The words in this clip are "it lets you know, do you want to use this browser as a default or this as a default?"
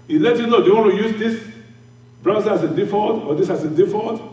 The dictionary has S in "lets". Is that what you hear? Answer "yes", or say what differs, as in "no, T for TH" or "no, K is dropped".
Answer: no, S is dropped